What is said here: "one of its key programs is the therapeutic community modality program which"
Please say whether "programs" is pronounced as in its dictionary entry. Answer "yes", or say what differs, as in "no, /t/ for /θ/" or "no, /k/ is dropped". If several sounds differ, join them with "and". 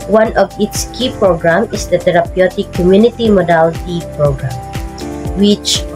no, /z/ is dropped